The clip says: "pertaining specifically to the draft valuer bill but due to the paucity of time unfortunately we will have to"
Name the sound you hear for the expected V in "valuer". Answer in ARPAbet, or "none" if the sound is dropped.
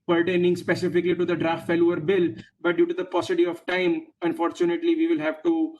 F